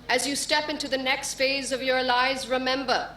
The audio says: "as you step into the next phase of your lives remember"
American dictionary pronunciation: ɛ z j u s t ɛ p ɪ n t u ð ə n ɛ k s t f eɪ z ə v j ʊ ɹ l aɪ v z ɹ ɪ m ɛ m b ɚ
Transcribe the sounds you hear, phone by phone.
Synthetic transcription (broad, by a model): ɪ z j u s t ɛ p ɪ n t u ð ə n ɛ k s t f eɪ z ə v j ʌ ɹ l aɪ z ɹ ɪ m ɛ m b ɚ